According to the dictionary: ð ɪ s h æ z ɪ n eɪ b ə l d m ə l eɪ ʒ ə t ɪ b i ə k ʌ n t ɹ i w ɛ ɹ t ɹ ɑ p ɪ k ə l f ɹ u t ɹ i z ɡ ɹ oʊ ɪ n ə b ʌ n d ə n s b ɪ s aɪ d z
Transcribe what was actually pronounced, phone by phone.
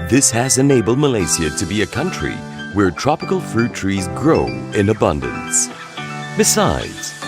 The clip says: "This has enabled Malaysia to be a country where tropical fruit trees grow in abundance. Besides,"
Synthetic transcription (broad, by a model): ð ɪ s h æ z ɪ n eɪ b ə l m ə l eɪ s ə t ɪ b i ə k ʌ n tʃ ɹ i w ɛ ɹ t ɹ ɑ p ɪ k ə l f ɹ u t ɹ i z ɡ ɹ oʊ ɪ n ə b ʌ n d ə n s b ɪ s aɪ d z